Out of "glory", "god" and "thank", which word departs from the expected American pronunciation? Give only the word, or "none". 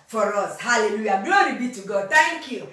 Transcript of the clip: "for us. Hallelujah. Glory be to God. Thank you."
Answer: thank